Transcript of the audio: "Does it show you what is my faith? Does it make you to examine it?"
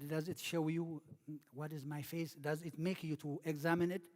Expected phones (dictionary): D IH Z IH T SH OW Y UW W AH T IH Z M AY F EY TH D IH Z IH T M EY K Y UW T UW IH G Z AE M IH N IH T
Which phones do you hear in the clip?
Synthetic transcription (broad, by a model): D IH Z IH T SH OW Y UW W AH T IH Z M AY F EY S D IH Z IH T M EY K Y UW T UW IH G Z AE M IH N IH T